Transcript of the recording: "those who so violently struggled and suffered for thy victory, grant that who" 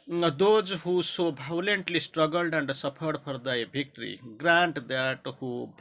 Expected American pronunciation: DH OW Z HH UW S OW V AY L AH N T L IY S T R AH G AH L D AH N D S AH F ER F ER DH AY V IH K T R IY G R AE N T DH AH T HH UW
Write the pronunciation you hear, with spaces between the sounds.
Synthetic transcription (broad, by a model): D OW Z HH UW S OW B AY L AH N T L IY S T R AH G AH L D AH N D S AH P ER P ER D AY B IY K T R IY G R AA N T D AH T HH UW